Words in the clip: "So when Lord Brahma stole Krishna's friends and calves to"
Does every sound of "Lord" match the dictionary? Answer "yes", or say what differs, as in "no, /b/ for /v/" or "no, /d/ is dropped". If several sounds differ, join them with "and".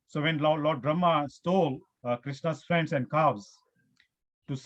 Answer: no, /l/ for /ɹ/